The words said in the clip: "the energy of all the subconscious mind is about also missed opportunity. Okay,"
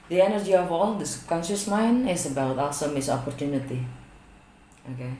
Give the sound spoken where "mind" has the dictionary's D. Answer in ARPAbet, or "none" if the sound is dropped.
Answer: none